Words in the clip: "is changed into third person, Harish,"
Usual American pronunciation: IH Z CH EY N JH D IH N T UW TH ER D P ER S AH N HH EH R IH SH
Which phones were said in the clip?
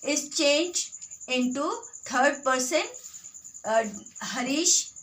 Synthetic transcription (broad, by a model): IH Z CH EY N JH IH N T UW T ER D P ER S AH N HH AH R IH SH